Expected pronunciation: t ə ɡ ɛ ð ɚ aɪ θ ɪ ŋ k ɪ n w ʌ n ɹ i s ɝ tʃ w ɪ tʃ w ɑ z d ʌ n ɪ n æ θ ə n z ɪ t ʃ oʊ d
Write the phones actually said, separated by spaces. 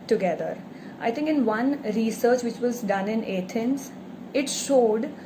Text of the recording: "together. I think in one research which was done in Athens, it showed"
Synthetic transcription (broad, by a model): t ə ɡ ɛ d ɚ aɪ t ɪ ŋ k ɪ n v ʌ n ɹ i s ɝ tʃ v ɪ tʃ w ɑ z d ʌ n ɪ n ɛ t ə n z ɪ t ʃ oʊ d